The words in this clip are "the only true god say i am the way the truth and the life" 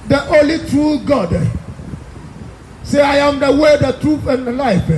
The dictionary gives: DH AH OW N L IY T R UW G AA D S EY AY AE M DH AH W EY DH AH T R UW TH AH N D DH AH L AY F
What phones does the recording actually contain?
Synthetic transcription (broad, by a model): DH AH OW L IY T R UW G AA D S EY AY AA M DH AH W EY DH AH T R UW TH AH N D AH L AY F